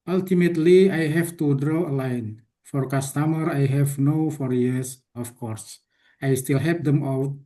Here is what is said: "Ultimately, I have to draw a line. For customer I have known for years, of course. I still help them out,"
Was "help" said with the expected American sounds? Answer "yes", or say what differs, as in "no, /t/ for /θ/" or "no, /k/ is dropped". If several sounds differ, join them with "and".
no, /l/ is dropped